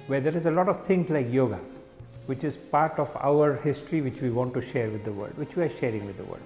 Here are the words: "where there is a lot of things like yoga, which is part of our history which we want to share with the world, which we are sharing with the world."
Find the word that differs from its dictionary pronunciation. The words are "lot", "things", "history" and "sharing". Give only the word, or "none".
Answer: things